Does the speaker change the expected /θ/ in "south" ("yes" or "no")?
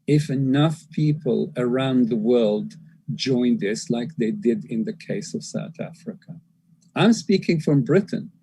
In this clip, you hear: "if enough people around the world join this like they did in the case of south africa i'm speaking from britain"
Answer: no